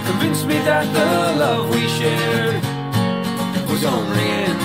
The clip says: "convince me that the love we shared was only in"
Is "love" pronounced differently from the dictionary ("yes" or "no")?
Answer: no